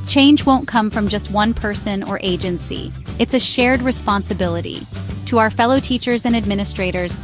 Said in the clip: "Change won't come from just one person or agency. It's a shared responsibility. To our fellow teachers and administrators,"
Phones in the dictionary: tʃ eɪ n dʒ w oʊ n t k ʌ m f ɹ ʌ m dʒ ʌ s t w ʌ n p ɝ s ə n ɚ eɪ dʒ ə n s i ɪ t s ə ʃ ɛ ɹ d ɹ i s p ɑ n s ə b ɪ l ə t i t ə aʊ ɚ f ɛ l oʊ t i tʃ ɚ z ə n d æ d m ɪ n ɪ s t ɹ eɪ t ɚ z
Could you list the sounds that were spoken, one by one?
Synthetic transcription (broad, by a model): tʃ eɪ n dʒ w oʊ n k ʌ m f ɹ ʌ m dʒ ʌ s t w ʌ n p ɝ s ə n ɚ eɪ dʒ ə n s i ɪ t s ə ʃ ɛ ɹ d ɹ i s p ɑ n s ə b ɪ l ə t i t ə aʊ ɚ f ɛ l oʊ t i tʃ ɚ z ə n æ d m ɪ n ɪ s t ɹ eɪ t ɚ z